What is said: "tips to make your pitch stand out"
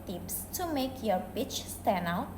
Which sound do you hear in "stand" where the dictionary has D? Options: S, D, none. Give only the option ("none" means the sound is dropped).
none